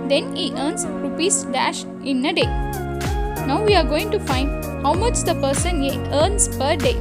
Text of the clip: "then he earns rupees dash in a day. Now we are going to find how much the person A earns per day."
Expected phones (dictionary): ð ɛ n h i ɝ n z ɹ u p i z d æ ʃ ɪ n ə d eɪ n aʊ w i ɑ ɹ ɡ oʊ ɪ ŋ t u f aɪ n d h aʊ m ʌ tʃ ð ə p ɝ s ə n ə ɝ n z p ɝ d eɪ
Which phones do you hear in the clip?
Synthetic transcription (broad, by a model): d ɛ n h i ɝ n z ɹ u p i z d æ ʃ ɪ n ə d eɪ n aʊ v i ɑ ɹ ɡ oʊ ɪ ŋ t u f aɪ n d h aʊ m ʌ tʃ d ə p ɝ s ə n ə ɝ n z p ɝ d eɪ